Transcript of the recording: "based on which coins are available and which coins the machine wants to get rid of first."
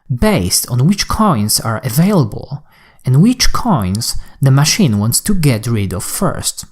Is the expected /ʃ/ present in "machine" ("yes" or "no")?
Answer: yes